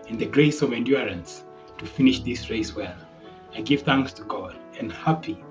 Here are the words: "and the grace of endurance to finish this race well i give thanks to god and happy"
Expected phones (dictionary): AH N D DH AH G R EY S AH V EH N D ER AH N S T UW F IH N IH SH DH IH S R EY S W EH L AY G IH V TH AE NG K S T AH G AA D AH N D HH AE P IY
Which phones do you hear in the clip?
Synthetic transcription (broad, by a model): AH N DH AH G R EY S AH V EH N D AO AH N S T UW F IH N IH SH DH IH S R EY S W EH L AY G IH V TH AE NG K S T AH G AA D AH N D HH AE P IY